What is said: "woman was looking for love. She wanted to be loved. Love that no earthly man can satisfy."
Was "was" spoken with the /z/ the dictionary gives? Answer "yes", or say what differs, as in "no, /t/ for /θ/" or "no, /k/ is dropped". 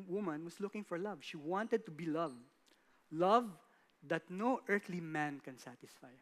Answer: no, /s/ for /z/